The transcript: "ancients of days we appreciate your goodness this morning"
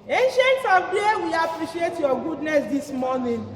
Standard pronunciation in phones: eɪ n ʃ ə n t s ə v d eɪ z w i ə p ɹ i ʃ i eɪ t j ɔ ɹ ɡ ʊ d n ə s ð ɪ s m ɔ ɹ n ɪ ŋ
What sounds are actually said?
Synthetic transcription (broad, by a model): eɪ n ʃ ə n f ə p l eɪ w i ə p ɹ i ʃ i eɪ t j ɔ ɡ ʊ d n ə s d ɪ s m ɔ n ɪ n